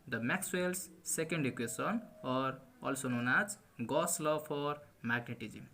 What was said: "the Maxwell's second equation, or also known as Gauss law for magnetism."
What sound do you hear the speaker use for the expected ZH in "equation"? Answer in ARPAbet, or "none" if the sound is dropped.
S